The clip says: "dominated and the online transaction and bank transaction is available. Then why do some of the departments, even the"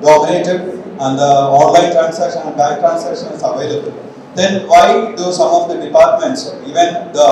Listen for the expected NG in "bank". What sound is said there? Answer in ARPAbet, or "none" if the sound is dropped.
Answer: none